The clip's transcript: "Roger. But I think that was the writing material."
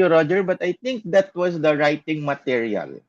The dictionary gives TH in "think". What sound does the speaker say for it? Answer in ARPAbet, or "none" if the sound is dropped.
T